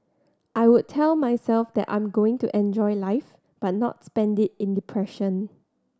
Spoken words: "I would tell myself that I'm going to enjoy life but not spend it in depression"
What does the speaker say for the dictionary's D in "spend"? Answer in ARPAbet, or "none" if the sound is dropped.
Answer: D